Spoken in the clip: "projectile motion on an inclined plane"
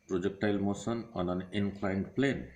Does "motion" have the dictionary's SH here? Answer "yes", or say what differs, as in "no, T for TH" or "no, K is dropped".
no, S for SH